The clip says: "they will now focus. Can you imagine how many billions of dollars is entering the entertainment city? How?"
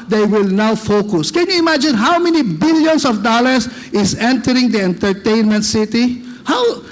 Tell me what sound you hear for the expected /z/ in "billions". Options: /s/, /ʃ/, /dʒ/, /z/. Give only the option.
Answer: /s/